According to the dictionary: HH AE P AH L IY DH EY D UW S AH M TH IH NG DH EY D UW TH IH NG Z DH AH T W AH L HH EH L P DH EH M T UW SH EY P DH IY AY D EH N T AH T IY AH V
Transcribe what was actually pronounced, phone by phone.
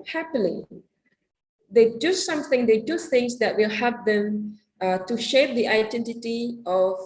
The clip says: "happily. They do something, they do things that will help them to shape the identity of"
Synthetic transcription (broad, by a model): HH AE P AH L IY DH EY D UW S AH M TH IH NG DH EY D UW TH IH NG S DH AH T W AH L HH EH P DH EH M T UW SH EY P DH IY AY D EH N T AH T IY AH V